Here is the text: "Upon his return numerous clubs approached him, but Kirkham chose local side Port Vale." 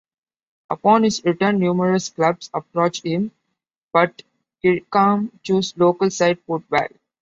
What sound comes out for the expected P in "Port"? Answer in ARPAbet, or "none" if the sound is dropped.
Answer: F